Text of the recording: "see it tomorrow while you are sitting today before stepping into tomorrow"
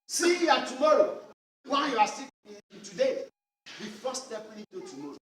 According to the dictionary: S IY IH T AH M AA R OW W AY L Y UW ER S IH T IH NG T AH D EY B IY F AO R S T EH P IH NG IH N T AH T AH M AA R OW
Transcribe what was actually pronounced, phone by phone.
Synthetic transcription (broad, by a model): S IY IH T AH M AA R OW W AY N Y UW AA S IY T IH T AH D EY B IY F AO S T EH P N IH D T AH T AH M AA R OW